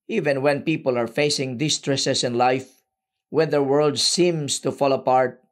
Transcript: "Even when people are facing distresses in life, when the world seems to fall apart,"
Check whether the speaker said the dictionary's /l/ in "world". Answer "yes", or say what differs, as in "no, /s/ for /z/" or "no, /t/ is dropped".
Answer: yes